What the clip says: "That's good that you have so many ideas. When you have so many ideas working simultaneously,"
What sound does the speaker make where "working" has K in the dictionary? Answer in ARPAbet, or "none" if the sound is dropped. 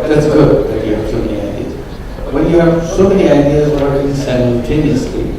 none